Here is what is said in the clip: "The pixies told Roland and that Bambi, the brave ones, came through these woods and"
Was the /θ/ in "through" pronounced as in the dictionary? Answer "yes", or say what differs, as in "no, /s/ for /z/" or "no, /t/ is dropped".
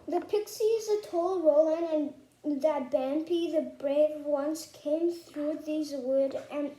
yes